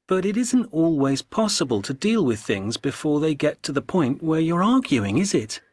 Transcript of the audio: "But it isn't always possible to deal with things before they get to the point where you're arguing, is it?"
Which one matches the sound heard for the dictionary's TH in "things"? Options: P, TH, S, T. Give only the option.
TH